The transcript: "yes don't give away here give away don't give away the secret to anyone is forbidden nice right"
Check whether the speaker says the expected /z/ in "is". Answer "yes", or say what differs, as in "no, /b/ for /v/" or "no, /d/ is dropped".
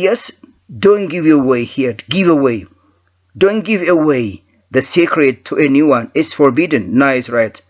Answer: no, /s/ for /z/